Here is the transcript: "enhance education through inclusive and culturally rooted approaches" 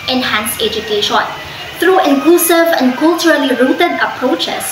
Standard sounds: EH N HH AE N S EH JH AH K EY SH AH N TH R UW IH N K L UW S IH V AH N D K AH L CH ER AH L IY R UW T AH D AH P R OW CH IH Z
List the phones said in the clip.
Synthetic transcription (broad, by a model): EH N HH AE N S EH JH AH K EY SH AH N T R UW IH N K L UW S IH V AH N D K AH L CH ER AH L IY R UW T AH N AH P R OW CH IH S